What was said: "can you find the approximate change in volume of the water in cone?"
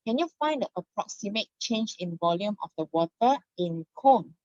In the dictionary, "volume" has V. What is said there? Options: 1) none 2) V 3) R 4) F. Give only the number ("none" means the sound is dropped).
2